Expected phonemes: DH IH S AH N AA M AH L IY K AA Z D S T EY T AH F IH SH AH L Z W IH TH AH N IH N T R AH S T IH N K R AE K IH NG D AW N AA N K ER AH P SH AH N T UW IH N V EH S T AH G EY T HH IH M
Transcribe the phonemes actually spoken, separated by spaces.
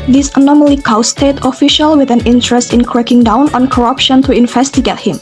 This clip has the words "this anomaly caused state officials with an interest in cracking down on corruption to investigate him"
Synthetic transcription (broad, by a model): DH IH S AH N AA M AH L IY K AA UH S T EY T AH F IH SH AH L W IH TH AH N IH N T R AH S T IH N K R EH K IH NG D AW N AA N K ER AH P SH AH N T UW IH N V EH S T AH G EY T HH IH M